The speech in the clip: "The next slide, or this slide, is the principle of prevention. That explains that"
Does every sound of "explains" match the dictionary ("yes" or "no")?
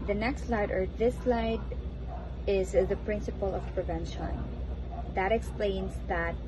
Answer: yes